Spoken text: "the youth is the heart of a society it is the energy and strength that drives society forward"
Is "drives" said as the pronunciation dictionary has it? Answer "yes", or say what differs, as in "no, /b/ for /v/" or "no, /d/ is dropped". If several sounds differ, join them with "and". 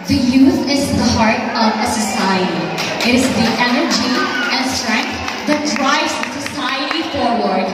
no, /v/ is dropped